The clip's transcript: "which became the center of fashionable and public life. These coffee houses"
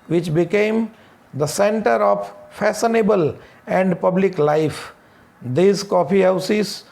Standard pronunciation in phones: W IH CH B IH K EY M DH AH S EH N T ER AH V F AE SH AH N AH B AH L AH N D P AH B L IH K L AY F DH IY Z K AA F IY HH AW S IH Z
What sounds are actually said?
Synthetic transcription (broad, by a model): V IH CH B IH K EY M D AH S EH N T ER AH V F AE S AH N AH B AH L AH N D P AH B L IH K L AY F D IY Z K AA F IY HH AW S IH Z